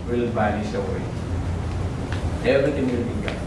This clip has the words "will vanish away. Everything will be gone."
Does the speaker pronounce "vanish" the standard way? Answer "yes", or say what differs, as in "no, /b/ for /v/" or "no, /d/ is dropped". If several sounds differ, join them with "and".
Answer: no, /b/ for /v/ and /s/ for /ʃ/